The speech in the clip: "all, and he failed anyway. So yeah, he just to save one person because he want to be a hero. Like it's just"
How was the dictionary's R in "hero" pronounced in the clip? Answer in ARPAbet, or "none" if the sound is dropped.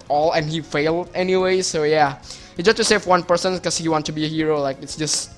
R